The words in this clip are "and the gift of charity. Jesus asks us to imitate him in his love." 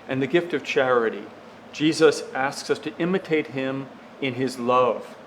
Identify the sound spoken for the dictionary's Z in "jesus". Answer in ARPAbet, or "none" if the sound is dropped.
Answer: Z